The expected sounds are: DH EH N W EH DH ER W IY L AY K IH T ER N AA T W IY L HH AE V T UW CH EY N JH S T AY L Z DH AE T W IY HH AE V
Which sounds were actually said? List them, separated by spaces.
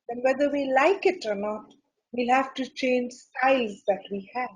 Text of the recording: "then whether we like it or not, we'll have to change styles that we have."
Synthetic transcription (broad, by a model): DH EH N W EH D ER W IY L AY K IH T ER N AA T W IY L HH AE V T UW CH EY N JH S T AY L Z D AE T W IY HH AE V